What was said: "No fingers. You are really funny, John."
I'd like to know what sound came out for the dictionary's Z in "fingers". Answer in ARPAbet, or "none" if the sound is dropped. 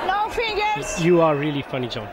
none